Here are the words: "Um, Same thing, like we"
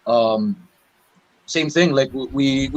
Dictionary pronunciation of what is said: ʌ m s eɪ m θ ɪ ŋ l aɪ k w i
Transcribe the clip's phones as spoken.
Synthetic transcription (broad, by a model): ʌ m s eɪ m θ ɪ ŋ l aɪ k w i